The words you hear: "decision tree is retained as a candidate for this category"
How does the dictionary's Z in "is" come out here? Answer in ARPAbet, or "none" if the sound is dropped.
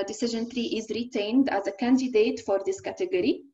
Z